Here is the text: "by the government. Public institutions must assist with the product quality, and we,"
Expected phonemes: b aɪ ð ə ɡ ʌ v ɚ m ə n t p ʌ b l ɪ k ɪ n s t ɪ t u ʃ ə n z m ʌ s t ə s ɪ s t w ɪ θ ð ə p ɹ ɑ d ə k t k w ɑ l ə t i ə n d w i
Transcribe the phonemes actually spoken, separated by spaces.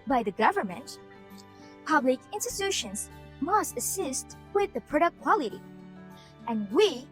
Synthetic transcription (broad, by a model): b aɪ ð ə ɡ ʌ v ɚ m ə n t p ʌ b l ɪ k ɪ n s t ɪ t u ʃ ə n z m ʌ s t ə s ɪ s t w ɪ ð ə p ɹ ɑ d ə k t k w ɑ l ə t i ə n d w i